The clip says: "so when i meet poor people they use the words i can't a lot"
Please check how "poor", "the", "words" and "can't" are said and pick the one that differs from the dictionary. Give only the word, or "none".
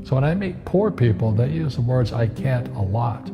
none